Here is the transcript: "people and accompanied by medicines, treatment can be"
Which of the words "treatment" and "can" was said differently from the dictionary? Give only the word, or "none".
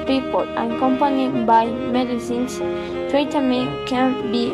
treatment